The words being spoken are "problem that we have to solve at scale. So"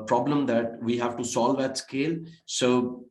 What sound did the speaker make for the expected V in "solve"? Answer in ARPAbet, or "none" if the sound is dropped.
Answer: V